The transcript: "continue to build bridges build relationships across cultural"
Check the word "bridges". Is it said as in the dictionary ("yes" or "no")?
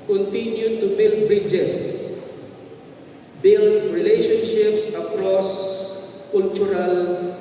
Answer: no